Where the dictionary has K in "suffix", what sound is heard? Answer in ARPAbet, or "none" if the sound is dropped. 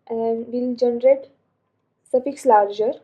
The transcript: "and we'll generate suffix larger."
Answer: K